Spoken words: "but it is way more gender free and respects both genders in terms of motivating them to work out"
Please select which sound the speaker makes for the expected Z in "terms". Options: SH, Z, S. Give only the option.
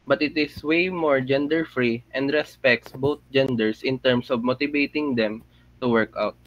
S